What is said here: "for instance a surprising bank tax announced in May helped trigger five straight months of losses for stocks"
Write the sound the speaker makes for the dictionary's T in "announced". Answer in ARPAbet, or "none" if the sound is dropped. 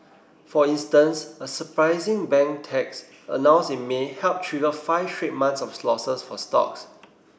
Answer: none